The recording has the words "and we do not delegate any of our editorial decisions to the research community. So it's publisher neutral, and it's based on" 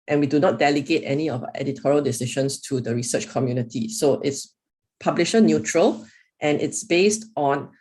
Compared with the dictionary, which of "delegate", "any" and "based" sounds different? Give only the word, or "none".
none